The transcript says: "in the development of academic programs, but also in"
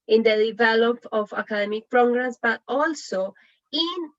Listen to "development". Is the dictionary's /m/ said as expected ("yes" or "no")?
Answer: no